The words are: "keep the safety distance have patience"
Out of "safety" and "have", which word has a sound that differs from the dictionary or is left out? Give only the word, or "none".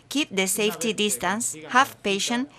have